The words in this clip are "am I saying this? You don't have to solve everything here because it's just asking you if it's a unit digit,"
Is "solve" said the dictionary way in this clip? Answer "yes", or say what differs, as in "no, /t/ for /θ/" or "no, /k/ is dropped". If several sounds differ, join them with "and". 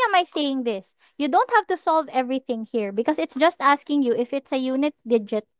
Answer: yes